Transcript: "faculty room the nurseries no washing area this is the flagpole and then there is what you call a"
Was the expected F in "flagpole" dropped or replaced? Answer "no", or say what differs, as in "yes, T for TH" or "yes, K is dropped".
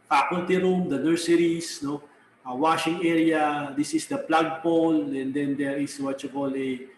yes, P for F